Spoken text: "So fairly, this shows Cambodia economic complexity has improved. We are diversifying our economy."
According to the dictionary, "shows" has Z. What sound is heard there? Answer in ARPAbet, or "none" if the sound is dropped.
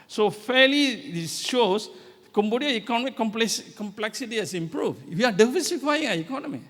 S